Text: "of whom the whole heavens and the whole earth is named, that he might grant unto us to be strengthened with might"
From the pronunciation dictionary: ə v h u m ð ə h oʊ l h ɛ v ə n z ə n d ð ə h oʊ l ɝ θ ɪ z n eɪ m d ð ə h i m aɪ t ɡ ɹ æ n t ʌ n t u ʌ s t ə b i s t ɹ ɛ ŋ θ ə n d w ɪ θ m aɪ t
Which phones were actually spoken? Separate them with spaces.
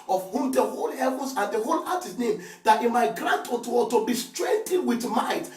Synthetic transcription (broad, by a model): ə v h u m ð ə h oʊ l h ɛ v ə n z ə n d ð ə h oʊ l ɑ t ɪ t n eɪ m d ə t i m aɪ t ɡ ɹ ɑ n t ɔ t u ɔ t ə b i s t ɹ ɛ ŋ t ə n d w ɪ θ m aɪ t